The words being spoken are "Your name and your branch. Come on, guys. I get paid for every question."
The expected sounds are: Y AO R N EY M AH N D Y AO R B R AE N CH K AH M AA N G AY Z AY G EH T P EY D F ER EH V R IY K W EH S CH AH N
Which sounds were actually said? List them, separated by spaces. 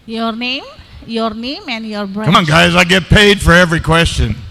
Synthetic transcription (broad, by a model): Y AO R N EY M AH N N Y AO R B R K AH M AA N G AY Z AY G EH T P EY D F ER EH V R IY K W EH S CH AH N